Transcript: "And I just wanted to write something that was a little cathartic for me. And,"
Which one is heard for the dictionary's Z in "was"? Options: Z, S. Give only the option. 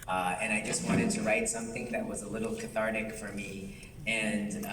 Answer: Z